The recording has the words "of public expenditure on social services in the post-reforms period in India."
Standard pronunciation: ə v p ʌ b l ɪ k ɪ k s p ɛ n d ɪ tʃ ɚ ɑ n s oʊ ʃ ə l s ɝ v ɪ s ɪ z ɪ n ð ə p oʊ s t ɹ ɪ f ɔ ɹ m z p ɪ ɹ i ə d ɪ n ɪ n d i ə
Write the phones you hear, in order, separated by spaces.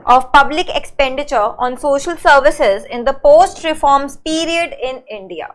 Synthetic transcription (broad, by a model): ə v p ʌ b l ɪ k ɪ k s p ɛ n d ɪ tʃ ɚ ɑ n s oʊ ʃ ə l s ɝ v ɪ s ɪ z ɪ n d ə p oʊ s t ɹ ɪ f ɔ ɹ m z p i ɹ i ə d ɪ n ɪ n d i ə